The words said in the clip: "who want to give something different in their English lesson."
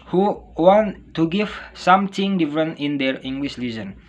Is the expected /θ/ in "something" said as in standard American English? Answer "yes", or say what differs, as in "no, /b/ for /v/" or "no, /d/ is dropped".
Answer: no, /t/ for /θ/